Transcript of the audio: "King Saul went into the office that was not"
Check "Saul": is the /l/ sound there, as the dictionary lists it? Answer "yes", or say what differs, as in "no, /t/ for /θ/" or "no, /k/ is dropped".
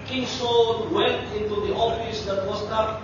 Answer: no, /n/ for /l/